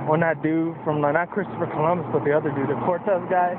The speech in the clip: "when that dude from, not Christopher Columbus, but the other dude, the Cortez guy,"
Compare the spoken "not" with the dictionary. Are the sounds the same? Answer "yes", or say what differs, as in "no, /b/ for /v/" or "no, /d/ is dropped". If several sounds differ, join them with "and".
no, /l/ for /n/